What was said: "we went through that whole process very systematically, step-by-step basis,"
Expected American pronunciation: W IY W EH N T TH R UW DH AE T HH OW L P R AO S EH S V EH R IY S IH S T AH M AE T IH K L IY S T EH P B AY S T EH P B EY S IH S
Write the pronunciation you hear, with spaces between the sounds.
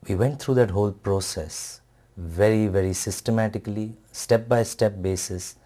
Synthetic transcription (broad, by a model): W IY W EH N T T R UW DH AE T HH OW L P R AO S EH S V EH R IY S IH S T AH M AE T IH K L IY S T EH P B AY S T EH P B EY S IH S